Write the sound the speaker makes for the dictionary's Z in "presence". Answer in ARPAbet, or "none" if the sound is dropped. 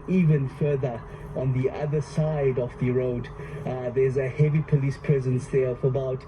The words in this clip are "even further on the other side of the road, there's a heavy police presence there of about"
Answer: Z